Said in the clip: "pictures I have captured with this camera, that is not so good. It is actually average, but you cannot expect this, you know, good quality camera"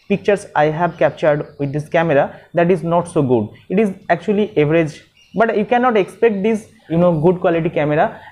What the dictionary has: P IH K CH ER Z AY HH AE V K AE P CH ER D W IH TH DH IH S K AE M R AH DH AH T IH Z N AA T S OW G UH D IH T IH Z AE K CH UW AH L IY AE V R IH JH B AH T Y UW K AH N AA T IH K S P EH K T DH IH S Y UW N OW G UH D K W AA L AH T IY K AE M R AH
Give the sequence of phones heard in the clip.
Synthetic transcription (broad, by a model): P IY K CH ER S AY HH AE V K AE P CH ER D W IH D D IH S K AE M R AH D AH T IH Z N AA T S OW G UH D IH T IH Z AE K CH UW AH L IY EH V R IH JH B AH T Y UW K AH N AA T IH K S P EH K T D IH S Y UW N OW G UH D K W AA L AH T IY K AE M R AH